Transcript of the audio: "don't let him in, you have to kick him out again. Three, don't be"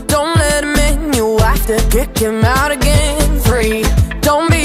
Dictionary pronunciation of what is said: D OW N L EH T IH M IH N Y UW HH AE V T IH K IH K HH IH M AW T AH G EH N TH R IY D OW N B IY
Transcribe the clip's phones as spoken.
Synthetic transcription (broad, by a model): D OW N L EH T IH M IH N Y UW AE F T IH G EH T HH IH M AW T AH G EH N F R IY D OW N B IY